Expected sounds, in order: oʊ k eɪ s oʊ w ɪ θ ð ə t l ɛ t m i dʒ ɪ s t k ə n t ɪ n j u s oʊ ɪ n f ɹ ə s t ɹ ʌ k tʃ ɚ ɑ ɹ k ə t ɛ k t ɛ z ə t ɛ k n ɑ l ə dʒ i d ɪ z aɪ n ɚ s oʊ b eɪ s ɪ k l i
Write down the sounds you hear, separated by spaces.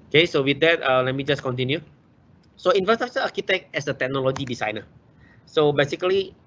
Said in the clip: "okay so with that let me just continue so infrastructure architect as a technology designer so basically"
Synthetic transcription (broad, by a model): oʊ k eɪ s oʊ w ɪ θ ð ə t l ɛ t m i dʒ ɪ s k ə n t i n j u s oʊ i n f ə s t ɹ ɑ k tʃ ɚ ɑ k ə t ɛ k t ɛ s ə t ɛ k n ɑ l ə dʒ i d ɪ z aɪ n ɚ s oʊ b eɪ s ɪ k l i